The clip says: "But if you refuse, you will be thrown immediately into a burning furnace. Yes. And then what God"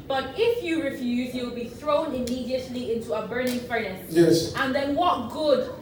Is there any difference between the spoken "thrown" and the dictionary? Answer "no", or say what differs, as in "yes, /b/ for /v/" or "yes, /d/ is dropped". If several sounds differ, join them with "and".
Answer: no